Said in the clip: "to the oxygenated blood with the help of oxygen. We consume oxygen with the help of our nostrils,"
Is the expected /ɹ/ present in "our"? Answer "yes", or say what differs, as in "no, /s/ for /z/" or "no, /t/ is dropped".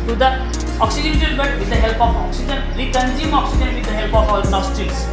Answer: no, /l/ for /ɹ/